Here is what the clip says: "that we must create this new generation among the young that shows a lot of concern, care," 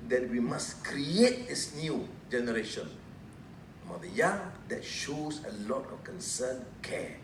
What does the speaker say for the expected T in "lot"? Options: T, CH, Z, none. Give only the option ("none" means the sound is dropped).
T